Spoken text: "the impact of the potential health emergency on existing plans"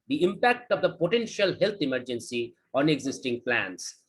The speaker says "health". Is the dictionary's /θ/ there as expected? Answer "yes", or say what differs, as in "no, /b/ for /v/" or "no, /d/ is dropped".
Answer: no, /t/ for /θ/